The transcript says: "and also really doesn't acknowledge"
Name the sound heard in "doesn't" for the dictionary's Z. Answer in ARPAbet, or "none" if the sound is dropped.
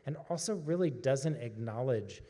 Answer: Z